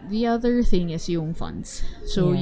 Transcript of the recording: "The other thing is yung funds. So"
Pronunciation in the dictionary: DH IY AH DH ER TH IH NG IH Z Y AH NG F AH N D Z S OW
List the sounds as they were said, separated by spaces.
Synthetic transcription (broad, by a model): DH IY AH DH ER TH IH NG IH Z Y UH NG F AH N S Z S OW